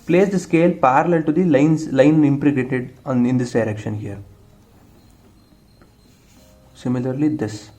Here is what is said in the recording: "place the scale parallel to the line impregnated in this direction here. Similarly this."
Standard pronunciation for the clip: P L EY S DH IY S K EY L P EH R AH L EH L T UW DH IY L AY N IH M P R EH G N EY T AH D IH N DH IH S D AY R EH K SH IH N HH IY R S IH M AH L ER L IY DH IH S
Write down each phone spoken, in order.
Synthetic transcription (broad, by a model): P L EY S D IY S K EY L P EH R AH L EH L T UW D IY L AY N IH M P R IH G EY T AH D IH N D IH S D AY R EH K SH IH N HH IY R S IH M AH L ER L IY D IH S